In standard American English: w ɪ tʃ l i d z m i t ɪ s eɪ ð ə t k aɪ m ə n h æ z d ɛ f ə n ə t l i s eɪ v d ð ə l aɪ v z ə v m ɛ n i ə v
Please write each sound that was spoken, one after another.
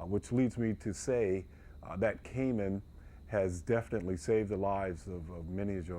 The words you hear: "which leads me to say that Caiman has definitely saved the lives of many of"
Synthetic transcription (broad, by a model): w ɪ tʃ l i d z m i t ɪ s eɪ ð ə t k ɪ m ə n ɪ z d ɛ f ə n ə t l i s eɪ v d ð ə l aɪ v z ə v m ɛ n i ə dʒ